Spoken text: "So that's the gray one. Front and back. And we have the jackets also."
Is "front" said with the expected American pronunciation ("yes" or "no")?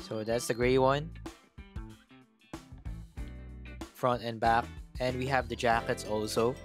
yes